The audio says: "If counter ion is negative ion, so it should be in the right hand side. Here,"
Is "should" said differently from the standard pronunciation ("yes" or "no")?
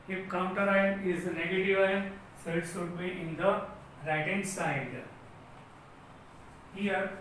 yes